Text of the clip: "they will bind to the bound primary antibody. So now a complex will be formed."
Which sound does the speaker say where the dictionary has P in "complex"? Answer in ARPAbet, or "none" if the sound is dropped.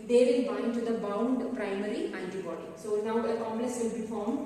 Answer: none